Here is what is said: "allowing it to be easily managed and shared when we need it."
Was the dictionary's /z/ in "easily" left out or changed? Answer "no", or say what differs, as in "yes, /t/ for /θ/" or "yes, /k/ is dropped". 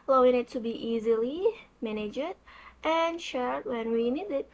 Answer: no